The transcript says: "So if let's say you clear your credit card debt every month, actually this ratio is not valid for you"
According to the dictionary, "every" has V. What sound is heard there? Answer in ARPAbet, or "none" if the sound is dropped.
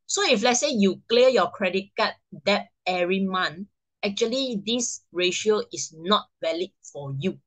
none